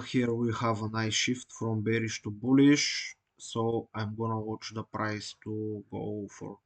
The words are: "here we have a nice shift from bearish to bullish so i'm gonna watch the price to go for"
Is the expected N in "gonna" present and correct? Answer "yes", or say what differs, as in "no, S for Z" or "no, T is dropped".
yes